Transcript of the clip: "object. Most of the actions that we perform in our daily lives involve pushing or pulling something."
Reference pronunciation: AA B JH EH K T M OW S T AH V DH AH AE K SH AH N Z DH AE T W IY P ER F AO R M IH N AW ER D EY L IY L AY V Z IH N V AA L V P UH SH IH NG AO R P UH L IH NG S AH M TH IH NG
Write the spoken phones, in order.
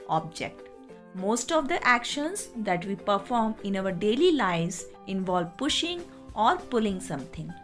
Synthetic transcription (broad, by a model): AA B JH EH K T M OW S T AH V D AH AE K SH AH N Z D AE T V IY P ER F AO R M IH N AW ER D EY L IY L AY Z IH N V AA L V P UH SH IH NG AO R P UH L IH NG S AH M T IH NG